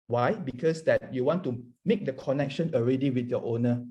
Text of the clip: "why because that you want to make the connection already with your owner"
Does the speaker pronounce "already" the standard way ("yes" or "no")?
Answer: yes